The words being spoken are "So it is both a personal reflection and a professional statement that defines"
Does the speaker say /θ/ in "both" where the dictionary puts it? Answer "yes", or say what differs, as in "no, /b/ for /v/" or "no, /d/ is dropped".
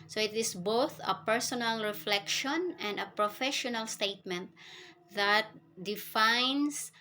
yes